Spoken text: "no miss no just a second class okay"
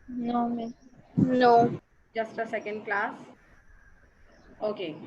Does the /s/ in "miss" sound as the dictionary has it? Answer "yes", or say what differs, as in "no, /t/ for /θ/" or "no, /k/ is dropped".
no, /s/ is dropped